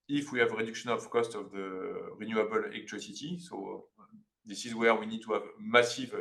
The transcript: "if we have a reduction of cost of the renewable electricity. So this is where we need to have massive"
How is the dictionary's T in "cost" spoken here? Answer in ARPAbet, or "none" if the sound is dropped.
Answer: T